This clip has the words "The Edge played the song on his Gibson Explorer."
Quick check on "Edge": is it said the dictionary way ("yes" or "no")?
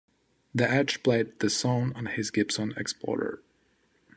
no